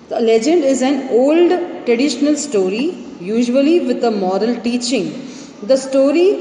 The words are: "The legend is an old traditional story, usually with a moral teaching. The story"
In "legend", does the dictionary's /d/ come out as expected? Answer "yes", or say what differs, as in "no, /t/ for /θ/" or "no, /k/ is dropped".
yes